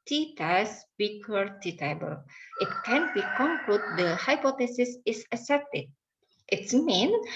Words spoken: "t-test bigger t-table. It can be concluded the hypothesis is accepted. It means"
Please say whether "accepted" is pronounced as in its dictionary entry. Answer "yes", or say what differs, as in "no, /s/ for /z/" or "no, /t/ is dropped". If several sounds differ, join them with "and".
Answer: no, /k/ is dropped